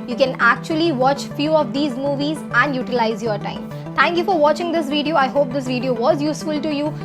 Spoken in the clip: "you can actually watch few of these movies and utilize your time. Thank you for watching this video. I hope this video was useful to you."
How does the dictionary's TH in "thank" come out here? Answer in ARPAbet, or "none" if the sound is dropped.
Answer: T